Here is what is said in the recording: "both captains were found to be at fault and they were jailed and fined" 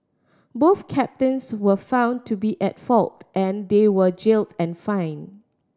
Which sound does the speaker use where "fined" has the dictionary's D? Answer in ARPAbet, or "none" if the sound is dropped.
none